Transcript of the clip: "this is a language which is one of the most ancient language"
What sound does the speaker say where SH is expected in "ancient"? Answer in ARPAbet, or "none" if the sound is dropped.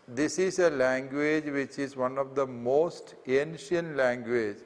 SH